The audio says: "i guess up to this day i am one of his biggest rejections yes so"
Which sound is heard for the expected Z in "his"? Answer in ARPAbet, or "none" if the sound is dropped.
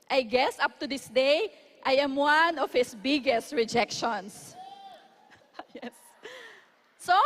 S